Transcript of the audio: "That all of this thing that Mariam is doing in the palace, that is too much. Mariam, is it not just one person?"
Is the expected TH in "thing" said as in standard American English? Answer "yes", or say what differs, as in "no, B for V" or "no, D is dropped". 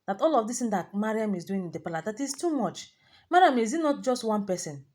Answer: no, T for TH